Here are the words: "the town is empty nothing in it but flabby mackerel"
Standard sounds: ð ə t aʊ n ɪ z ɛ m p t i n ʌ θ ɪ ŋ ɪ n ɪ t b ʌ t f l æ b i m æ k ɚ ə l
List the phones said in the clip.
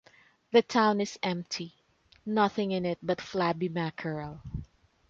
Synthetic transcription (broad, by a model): ð ə t aʊ n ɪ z ɛ m p t i n ʌ θ ɪ ŋ ɪ n ɪ t b ʌ t f l æ b i m æ k ɚ ə l